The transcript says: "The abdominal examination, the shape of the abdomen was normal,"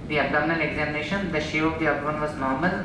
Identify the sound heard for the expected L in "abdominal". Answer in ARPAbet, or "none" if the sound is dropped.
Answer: N